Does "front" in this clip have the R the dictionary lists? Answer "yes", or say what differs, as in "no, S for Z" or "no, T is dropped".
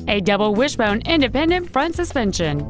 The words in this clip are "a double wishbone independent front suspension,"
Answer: yes